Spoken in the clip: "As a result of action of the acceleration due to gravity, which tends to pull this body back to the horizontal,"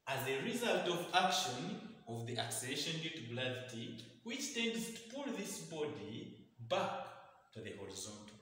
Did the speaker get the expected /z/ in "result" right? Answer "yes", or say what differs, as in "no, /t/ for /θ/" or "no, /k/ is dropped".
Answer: yes